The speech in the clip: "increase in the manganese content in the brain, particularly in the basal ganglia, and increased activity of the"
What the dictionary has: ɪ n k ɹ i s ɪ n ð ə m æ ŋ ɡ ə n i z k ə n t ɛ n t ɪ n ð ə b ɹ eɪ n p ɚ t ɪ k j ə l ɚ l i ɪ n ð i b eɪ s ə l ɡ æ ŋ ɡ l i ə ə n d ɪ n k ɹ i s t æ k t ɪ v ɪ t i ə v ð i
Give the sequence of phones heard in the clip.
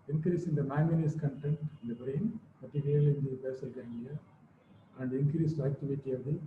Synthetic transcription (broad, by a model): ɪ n k ɹ i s ɪ n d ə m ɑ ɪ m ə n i s k ə n t ɛ n t ɪ n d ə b ɹ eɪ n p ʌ t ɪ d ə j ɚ l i ɪ n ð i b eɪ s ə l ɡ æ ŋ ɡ i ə ə n d ɪ n k ɹ i s t æ k t ɪ v ɪ t i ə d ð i